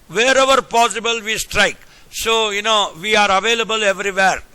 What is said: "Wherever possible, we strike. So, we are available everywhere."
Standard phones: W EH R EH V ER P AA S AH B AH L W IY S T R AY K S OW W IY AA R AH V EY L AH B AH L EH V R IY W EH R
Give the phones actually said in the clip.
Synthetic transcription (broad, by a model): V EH R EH V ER P AA S AH B AH L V IY S T R AY K S OW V IY AA R AH V EY L AH B AH L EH V R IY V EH R